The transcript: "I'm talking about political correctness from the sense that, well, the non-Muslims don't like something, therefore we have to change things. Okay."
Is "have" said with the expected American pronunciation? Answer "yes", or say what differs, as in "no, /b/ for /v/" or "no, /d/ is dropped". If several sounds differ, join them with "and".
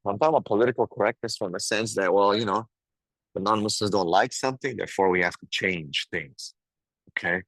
no, /f/ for /v/